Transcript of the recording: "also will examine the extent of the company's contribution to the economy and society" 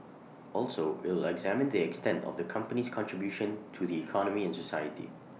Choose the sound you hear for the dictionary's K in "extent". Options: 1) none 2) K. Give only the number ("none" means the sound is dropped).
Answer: 2